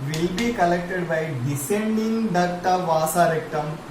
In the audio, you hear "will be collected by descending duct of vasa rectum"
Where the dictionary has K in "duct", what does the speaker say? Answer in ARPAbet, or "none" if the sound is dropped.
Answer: none